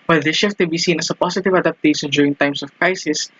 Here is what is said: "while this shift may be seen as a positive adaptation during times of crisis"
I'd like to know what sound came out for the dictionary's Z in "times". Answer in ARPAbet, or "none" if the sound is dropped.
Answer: S